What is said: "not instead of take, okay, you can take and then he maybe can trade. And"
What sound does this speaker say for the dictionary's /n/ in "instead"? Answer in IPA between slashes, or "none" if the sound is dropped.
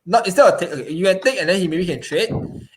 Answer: none